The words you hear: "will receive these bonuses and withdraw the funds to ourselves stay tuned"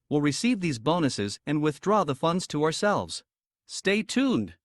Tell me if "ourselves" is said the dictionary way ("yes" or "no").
yes